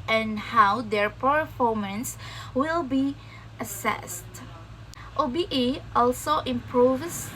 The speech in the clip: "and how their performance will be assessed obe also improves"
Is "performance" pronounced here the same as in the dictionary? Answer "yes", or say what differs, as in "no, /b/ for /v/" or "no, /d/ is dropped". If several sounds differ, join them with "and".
yes